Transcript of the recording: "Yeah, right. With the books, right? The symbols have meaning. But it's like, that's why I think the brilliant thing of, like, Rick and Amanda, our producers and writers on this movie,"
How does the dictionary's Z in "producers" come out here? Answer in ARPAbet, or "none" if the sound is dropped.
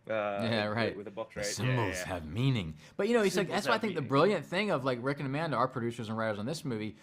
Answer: Z